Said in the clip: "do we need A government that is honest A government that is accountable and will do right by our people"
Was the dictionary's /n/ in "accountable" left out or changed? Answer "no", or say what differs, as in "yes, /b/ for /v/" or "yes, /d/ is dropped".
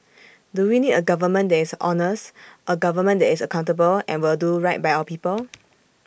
no